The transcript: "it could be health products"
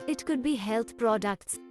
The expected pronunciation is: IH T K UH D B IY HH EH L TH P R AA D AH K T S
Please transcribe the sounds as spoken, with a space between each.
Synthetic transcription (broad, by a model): IH T K UH D B IY HH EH L T P R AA D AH K T S